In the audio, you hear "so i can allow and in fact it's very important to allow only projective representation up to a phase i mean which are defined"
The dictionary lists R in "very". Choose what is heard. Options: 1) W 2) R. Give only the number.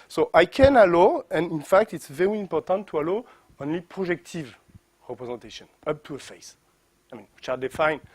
2